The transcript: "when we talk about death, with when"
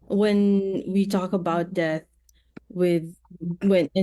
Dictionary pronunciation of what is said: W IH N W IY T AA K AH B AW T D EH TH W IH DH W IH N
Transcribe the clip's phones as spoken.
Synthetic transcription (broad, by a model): W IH N W IY T AA K AH B AW T D EH TH W IH DH W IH N